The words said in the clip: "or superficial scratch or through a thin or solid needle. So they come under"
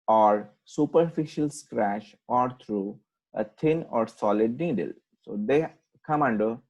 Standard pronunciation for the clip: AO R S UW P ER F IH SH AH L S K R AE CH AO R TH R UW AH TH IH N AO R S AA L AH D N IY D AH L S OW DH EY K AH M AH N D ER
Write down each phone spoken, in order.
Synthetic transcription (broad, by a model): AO R S UW P ER F IH SH AH L S K R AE SH AO R T R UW AH T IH N AO R S AA L AH D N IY D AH L S OW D EY K AH M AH N D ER